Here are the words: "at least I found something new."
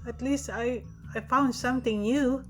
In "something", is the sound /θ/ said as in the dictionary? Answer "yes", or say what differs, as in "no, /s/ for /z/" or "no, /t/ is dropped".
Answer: no, /t/ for /θ/